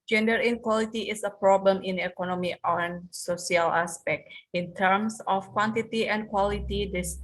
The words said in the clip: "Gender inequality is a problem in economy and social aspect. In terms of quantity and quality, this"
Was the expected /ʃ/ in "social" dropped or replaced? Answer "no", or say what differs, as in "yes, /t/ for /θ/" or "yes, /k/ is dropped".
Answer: yes, /s/ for /ʃ/